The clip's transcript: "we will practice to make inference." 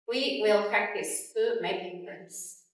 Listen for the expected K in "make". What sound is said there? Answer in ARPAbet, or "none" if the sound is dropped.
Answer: none